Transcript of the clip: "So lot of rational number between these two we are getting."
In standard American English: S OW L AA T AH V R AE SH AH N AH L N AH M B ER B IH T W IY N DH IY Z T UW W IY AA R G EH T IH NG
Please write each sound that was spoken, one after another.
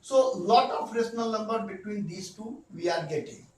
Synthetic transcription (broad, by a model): S OW L AA T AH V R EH S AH N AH L N AH M B ER B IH T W IY N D IY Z T UW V IY AA R G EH T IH NG